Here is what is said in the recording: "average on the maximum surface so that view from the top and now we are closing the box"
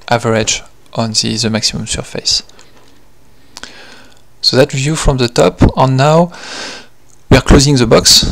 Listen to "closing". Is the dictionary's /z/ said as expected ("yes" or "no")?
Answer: yes